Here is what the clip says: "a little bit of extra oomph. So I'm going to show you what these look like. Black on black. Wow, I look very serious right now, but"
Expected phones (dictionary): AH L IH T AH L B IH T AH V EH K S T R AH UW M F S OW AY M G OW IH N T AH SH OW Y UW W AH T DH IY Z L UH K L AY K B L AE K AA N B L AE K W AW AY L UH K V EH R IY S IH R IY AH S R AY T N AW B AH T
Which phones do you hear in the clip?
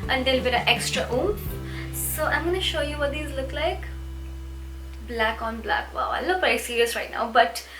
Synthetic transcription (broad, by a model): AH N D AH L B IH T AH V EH K S T R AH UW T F S OW AY M G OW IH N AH SH OW Y UW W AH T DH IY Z L UH K L AY K B L AE K AA N B L AE K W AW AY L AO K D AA IY S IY R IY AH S R AY T N AW B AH T